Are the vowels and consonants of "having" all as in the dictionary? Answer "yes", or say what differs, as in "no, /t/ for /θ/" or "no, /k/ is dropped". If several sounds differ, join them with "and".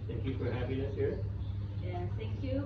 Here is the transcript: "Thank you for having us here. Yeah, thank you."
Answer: no, /p/ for /v/